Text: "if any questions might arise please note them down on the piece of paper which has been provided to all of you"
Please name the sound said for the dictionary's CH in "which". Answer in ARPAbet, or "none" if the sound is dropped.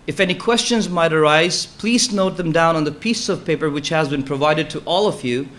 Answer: CH